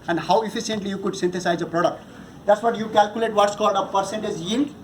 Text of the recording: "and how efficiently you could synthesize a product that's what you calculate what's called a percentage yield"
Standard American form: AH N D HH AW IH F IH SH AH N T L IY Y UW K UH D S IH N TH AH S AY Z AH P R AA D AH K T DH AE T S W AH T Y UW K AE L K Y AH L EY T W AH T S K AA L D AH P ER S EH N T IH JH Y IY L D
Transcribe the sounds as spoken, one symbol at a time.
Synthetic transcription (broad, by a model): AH N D HH AW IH F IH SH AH N T L IY Y UW K UH D S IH N T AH S AY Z AH P R AA D AH K T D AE T S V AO T Y UW K AE L K Y AH L EY T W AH T S K AA L D AH P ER S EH N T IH Z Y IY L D